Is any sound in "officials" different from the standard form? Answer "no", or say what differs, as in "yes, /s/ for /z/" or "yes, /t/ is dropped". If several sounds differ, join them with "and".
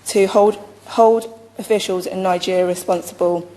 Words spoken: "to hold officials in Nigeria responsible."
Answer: no